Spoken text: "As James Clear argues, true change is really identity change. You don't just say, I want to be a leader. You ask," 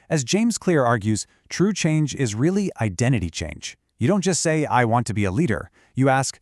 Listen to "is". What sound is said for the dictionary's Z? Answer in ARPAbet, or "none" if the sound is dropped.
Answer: Z